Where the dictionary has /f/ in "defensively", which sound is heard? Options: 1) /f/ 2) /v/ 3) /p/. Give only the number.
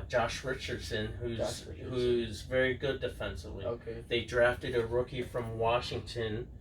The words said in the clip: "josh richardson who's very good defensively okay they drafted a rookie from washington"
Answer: 1